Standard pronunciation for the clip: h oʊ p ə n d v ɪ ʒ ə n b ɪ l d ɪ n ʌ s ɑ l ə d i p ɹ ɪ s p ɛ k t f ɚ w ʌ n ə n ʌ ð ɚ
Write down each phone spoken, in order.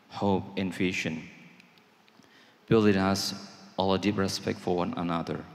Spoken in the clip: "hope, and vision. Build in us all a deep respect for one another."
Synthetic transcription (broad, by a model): h oʊ p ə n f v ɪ ʃ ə n b ɪ l d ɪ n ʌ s ɑ l ə d i p ɹ ɪ s p ɛ k t f ɚ w ʌ n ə n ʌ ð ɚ